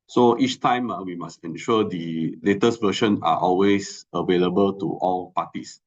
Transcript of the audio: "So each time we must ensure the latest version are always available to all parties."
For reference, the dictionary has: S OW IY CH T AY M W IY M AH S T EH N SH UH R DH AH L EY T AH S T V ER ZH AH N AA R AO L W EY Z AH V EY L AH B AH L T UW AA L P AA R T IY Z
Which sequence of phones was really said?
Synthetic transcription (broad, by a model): S OW IY CH T AY M W IY M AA S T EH N SH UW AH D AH L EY T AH S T V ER SH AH N AA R AO L W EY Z AH V EY L AH B AH L T UW AA L P AA T IY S